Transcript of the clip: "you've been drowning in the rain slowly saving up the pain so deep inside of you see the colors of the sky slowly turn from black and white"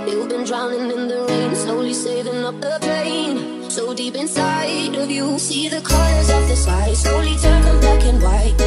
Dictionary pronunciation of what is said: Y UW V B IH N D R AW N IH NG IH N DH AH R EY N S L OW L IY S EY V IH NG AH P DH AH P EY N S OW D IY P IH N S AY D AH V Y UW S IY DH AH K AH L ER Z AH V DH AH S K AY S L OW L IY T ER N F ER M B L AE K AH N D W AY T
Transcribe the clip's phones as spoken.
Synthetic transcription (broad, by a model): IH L B IH N D R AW N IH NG IH N DH AH R EY N S L OW L IY S EY V IH NG AH P DH AH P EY N S OW D IY P IH N S AY D AH V Y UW S IY DH AH K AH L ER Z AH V DH AH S AY S L OW L IY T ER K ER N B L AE K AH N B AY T